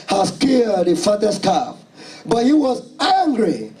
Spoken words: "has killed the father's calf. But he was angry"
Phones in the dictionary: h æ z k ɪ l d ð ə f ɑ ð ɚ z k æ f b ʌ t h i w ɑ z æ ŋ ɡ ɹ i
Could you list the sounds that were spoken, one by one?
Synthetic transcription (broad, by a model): h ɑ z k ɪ d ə f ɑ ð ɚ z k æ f b ʌ t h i w ɑ z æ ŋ ɡ ɹ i